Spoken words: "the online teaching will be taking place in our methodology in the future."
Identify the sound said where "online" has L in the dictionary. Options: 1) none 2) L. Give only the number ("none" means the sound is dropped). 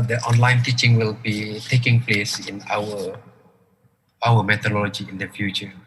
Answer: 2